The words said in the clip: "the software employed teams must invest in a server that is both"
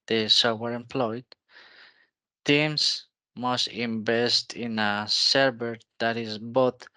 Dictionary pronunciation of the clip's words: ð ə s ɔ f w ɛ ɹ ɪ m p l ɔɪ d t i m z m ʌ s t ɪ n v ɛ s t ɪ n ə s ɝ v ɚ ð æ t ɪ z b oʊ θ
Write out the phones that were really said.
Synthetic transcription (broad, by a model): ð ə s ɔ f w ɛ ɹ ɪ m p l ɔɪ d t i m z m ʌ s t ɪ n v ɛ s t ɪ n ə s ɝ b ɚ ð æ t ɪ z b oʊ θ